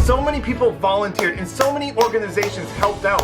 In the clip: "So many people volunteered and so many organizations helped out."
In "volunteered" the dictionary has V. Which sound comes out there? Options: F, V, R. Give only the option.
V